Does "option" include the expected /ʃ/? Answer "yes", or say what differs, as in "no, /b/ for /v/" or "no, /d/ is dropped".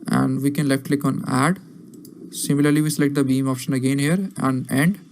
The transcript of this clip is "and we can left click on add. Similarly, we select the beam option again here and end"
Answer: yes